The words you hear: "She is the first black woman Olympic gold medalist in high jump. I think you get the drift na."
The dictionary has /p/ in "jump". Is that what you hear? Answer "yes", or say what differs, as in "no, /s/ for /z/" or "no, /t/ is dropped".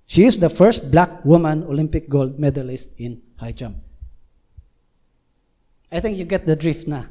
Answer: no, /p/ is dropped